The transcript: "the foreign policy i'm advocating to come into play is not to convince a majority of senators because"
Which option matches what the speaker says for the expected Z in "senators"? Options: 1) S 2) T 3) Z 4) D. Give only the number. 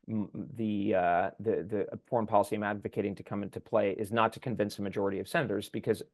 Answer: 3